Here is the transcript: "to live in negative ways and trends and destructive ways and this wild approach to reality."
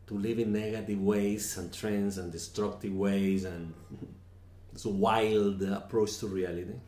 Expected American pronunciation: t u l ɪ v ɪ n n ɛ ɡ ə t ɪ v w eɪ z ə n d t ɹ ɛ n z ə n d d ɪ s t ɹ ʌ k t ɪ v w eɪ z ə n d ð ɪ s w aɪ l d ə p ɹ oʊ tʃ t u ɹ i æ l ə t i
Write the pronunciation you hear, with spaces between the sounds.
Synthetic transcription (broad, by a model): t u l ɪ v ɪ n n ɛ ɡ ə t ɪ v w eɪ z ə n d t ɹ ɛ n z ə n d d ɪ s t ɹ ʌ k t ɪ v w eɪ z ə n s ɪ w aɪ l d ə p ɹ oʊ tʃ t u ɹ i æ l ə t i